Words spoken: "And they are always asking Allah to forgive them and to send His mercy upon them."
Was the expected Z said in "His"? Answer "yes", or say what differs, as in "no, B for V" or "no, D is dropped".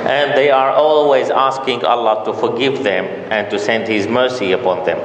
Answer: yes